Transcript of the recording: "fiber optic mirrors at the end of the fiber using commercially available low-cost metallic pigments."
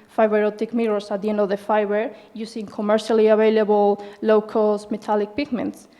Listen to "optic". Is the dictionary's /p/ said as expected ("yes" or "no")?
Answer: no